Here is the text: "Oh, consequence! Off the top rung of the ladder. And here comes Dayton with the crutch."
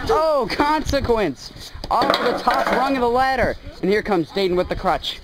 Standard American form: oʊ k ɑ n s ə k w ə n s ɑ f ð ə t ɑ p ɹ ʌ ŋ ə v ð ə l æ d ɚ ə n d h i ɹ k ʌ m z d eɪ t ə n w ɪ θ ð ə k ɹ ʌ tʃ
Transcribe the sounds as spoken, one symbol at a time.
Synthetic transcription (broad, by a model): oʊ k ɑ n s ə k w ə n s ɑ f ð ə t ɑ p ɹ ʌ ŋ ə v ð ə l æ d ɚ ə n h i ɹ k ʌ m z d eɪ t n w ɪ ð ə k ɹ ʌ tʃ